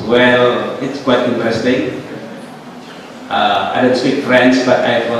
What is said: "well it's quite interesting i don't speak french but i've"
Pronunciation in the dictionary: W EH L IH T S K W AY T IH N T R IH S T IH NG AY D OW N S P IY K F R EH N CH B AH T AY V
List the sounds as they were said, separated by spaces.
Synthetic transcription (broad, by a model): W EH L IH T S K W AY T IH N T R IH S T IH NG AY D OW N S P IY K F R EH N S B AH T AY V